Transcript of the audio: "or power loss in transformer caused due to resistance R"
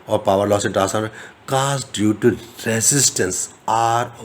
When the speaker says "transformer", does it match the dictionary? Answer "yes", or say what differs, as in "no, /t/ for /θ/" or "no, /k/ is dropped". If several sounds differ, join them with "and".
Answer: no, /n/ is dropped and /f/ is dropped